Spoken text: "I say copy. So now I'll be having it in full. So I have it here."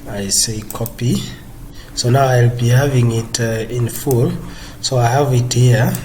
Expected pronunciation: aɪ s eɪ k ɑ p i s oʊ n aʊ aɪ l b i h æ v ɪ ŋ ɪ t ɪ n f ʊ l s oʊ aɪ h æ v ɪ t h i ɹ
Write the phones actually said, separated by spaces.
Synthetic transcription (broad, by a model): aɪ s eɪ k ɑ p i s oʊ n aʊ aɪ l b i h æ v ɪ ŋ ɪ t ɪ n f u l s oʊ aɪ h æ v ɪ t h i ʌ